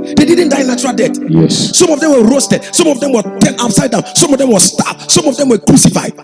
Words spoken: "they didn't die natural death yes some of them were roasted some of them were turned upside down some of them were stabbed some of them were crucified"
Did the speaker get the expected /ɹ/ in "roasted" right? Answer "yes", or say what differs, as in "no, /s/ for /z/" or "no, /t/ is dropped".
yes